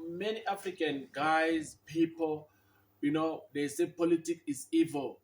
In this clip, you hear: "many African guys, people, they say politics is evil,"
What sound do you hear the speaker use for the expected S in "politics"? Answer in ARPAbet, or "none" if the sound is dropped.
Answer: none